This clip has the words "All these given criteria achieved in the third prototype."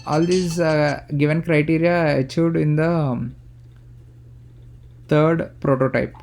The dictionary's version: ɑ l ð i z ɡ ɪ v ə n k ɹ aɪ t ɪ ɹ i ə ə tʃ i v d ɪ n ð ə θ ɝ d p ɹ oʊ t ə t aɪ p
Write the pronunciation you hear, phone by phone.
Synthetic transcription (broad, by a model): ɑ l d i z ɡ ɪ v ə n k ɹ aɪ t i ɹ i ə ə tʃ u d ɪ n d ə t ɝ d p ɹ oʊ t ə t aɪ p